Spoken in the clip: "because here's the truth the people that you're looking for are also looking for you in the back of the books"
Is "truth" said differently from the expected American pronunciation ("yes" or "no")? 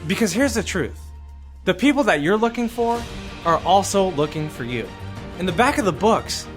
no